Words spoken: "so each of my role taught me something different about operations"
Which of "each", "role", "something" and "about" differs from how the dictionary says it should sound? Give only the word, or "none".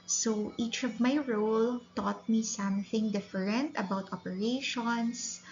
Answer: none